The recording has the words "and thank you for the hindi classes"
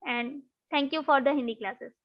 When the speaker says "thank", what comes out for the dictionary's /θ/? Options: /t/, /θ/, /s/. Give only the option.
/t/